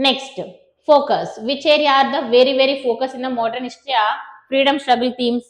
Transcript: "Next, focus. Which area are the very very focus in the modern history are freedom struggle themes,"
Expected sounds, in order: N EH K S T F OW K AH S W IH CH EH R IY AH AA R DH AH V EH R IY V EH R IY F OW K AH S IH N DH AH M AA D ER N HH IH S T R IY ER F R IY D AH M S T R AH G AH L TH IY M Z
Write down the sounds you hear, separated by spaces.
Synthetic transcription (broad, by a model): N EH K S T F OW K AH S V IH CH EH R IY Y AA R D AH V EH R IY V EH R IY F OW K AH S IH N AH M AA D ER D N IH SH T IY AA F R IY D AH M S T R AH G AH L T IY M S